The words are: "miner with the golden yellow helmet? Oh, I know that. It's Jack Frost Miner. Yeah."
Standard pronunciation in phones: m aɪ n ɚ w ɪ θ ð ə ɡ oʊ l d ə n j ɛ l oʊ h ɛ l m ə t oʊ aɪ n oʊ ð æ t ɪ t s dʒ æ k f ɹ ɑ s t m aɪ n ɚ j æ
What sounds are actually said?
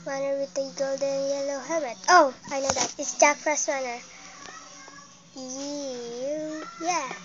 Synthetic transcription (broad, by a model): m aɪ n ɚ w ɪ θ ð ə ɡ oʊ l d ə n j ɛ l oʊ h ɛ m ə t oʊ aɪ n oʊ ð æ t ɪ t s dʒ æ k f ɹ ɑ s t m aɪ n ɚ j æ